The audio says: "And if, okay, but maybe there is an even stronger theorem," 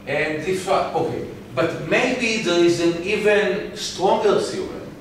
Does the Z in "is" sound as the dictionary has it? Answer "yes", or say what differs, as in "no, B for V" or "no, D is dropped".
yes